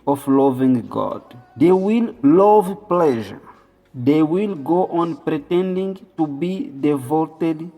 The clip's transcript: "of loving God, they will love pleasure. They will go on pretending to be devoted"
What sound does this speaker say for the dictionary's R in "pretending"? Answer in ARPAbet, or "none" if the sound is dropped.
R